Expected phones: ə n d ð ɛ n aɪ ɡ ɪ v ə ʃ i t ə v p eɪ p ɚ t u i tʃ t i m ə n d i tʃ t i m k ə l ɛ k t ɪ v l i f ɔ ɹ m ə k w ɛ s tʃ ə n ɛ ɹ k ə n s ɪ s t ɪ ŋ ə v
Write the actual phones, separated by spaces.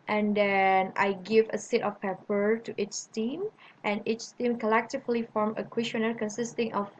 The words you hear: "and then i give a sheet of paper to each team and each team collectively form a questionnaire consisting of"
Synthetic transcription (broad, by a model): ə n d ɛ n aɪ ɡ ɪ v ə s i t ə f p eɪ p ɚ t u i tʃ t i m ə n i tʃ t i m k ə l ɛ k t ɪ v l i f ɔ ɹ m ə k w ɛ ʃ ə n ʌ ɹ k ə n s ɪ s t ɪ ŋ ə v